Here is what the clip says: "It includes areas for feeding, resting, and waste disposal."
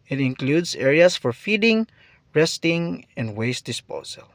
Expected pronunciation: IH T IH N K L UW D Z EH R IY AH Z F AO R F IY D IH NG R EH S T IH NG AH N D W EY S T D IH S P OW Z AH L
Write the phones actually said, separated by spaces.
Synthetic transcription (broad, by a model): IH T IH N K L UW D S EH R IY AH S F AO R F IY D IH NG R EH S T IH NG AH N D W EY S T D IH S P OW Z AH L